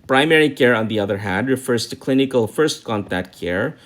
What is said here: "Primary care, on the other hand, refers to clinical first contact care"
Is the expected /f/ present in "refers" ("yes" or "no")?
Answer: yes